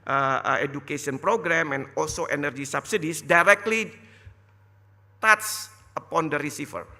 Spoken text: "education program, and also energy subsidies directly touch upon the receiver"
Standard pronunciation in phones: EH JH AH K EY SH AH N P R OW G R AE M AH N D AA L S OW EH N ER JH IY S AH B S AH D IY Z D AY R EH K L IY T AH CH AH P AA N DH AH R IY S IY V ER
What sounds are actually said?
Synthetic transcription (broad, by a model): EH JH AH K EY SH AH N P R OW G R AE M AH N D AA L S OW EH N ER JH IY S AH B S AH D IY S D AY R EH K L IY T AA S AH P AA N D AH R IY S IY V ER